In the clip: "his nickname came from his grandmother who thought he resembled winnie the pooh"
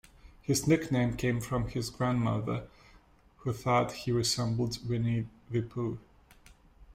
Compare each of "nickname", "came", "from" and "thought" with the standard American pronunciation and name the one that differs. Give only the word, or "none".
none